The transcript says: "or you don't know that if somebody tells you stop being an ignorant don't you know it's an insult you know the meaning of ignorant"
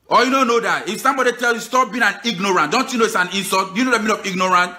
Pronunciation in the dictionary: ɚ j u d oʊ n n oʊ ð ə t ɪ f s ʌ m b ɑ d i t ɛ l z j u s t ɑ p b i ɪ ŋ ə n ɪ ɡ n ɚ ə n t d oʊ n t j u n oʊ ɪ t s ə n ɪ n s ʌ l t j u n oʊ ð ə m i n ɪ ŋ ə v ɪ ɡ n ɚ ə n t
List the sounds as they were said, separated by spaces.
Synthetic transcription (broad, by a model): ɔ j u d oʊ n n oʊ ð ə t ɪ f s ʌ m b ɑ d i t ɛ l j u s t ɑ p b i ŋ ə n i ɡ n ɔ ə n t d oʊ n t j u n oʊ ɪ t s ə n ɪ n s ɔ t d j u n oʊ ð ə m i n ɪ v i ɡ n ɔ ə n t